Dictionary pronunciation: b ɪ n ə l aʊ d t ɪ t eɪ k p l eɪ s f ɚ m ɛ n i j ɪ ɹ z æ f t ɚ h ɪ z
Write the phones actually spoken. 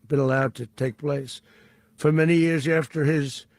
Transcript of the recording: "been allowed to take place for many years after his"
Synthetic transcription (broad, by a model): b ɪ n ə l aʊ d t ɪ t eɪ k p l eɪ s f ɚ m ɛ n i j ɪ ɹ z æ f t ɚ ɪ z